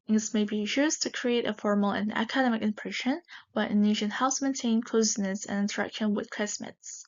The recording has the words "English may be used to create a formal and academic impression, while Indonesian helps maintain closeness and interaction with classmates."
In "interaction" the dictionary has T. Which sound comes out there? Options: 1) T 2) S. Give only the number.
1